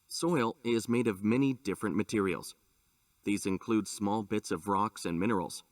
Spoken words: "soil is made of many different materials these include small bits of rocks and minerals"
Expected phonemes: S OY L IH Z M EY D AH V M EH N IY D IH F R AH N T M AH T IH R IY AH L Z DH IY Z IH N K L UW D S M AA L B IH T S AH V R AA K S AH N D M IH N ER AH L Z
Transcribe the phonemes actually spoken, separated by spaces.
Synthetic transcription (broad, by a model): S OY L IH Z M EY D AH V M EH N IY D IH F R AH N M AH T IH R IY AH L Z DH IY Z IH N K L UW D S M AA L B IH T S AH V R AA K S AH N M IH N ER L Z